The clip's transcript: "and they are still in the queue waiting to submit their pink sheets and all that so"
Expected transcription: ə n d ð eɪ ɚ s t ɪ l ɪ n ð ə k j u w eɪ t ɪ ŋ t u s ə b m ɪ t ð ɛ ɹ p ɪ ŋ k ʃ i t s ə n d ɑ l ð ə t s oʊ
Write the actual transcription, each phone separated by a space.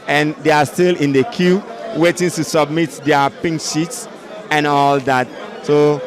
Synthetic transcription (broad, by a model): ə n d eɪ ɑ s t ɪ l ɪ n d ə k j u w eɪ t ɪ ŋ t u s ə b m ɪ t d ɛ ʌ p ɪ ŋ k ʃ i t s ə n ɑ l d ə t s oʊ